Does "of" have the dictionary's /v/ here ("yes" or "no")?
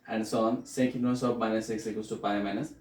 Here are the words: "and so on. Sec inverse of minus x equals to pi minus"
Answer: no